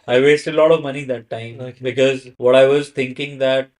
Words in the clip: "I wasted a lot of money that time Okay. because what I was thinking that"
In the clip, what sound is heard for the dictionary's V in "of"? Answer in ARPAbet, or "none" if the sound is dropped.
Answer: V